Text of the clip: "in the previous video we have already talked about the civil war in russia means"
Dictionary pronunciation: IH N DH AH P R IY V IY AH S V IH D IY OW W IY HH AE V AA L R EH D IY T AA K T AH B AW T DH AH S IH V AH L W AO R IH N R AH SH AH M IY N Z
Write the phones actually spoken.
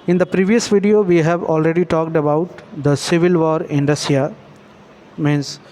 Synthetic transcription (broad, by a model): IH N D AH P R IY V IY AH S V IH D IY OW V IY HH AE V AA L R EH D IY T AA K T AH B AW T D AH S IH V AH L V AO R IH N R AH S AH M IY N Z